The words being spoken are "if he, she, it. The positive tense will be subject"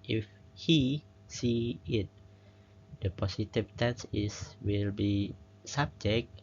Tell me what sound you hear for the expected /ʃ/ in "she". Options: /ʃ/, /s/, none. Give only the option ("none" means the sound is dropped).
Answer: /s/